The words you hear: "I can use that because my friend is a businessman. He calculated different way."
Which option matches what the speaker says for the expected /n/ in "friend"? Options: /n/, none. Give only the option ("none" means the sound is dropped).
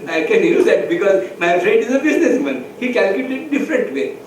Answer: none